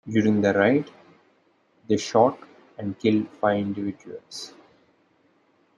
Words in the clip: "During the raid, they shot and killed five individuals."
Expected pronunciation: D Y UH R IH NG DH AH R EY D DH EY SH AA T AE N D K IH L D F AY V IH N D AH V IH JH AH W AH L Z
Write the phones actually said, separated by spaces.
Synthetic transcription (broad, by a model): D Y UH R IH NG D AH R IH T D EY SH AA T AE N D K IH L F AY IH N D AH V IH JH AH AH L S